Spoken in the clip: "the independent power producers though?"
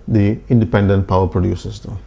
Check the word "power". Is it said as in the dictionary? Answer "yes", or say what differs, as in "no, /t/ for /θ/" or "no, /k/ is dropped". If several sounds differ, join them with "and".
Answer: yes